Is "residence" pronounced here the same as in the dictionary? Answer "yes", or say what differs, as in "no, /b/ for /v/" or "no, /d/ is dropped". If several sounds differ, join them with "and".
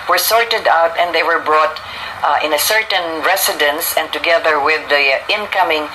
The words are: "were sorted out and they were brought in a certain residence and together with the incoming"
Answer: no, /s/ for /z/